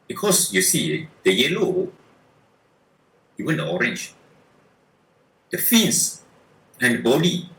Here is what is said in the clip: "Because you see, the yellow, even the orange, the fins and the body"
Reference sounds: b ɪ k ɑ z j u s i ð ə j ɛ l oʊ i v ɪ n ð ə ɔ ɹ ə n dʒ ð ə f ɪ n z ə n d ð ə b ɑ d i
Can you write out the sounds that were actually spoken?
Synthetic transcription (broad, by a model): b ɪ k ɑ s j u s i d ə j ɛ l oʊ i w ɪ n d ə ɔ ɹ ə n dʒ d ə f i n s ə n d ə b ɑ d i